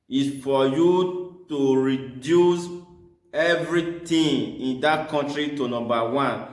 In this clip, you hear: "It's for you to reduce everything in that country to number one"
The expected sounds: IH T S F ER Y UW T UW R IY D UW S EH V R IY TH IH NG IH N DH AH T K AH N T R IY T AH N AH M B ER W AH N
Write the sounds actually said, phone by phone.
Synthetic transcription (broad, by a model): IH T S F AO Y UW T UW R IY D UW S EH V R IY T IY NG IH N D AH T K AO N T R IY T AH N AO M B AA W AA N